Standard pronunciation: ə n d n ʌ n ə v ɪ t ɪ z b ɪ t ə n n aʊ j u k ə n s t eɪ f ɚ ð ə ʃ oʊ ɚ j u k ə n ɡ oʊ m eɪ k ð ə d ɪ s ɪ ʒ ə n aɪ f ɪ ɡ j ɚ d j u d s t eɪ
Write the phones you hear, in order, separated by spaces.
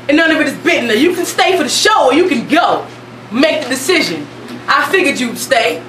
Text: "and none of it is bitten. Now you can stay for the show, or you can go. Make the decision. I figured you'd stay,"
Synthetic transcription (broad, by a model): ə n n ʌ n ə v ɪ t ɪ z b ɪ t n n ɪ j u k n s t eɪ f ɚ ð ə ʃ oʊ ɚ j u k ə n ɡ oʊ m eɪ k ð ə d ɪ s ɪ ʒ ə n aɪ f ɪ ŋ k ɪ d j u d s t eɪ